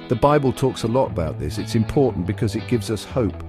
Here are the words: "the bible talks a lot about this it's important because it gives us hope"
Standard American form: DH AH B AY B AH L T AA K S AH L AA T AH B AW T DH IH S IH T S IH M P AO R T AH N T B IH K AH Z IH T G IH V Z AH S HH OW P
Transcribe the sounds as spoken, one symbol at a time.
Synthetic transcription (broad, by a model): DH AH B AY B AH L T AA K S AH L AA T AH B AW T DH IH S IH T S IH M P AO R T N B IH K AH Z IH T G IH V Z AH S HH OW P